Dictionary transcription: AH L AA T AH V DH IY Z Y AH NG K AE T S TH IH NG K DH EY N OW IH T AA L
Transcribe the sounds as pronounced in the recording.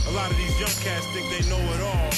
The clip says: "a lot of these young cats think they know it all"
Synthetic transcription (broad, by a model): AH L AA T AH V DH IY Z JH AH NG K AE S T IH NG DH EY N OW IH T AA L